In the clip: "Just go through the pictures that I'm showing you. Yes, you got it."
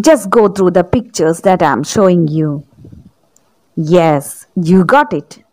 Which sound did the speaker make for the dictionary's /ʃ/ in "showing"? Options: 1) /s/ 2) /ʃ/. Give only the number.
2